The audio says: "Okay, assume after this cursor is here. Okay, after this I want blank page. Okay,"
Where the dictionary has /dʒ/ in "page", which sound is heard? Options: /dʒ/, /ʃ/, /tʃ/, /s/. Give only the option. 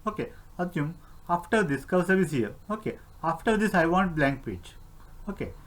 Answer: /tʃ/